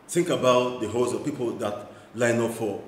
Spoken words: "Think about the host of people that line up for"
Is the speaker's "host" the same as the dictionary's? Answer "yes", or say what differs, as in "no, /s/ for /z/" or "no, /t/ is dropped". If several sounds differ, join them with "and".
no, /t/ is dropped